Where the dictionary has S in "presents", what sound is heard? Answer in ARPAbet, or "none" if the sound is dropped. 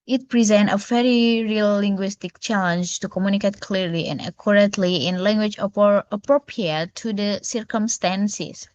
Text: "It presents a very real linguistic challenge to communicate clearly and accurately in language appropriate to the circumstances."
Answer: none